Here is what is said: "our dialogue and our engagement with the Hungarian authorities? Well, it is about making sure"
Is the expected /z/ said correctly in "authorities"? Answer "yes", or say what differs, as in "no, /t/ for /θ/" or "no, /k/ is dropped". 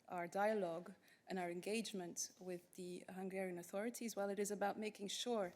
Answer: yes